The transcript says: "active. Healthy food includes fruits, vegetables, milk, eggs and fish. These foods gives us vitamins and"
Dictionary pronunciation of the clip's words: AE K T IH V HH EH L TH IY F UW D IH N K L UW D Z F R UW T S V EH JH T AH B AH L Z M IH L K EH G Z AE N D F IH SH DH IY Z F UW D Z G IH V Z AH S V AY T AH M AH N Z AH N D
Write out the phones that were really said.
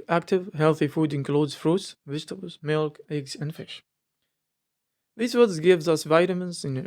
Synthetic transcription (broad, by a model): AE K T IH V HH EH L TH IY F UW D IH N K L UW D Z F R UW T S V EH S T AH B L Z M IH L K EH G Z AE N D F IH SH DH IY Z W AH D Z G IH V Z AH S V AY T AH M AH N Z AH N